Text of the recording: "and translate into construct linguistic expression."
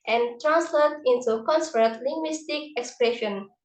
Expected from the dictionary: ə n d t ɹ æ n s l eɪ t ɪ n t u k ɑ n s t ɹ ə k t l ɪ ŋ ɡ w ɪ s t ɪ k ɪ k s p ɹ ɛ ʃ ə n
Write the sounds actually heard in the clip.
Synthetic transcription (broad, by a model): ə n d t ɹ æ n s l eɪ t ɪ n t u k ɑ n s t ə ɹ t l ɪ ŋ ɡ w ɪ s t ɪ k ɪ k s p ɹ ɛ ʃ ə n